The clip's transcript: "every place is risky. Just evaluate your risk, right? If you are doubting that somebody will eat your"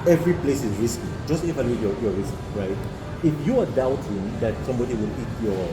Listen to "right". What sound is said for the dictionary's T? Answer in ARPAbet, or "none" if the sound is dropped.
T